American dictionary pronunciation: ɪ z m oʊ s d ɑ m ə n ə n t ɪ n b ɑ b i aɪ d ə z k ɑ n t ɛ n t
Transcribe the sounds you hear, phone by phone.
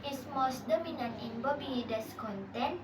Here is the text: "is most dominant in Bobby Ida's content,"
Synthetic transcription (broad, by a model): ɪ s m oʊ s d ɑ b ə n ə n ɪ n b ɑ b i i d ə s k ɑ n t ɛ n